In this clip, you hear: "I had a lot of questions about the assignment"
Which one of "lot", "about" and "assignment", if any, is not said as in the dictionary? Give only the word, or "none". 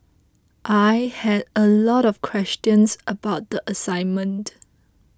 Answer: none